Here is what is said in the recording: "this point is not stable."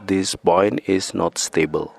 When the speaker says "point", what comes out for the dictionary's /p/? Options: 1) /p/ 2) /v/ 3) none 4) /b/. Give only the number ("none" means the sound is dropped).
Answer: 4